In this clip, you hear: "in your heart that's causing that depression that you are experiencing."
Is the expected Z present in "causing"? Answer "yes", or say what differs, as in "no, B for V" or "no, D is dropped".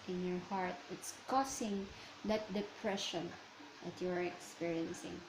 no, S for Z